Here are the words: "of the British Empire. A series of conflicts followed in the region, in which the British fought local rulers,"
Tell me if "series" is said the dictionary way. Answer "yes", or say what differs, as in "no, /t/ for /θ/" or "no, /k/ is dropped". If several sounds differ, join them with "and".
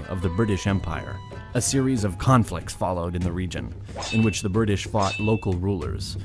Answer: yes